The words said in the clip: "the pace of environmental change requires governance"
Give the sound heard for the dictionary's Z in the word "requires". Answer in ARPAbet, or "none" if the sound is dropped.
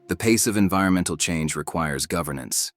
Z